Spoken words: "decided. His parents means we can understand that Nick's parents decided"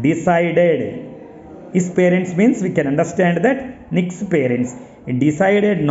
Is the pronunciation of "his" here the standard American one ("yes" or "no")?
no